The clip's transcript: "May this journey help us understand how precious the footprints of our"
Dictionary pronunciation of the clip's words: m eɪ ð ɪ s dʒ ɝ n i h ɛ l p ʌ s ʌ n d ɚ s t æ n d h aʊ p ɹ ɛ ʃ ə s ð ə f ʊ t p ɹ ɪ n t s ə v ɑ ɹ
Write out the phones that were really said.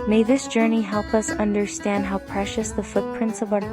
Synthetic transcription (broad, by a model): m eɪ ð ɪ s dʒ ɝ n i h ɛ l p ʌ s ʌ n d ɚ s t æ n d h aʊ p ɹ ɛ ʃ ə s ð ə f ʊ t p ɹ ɪ n t s ə v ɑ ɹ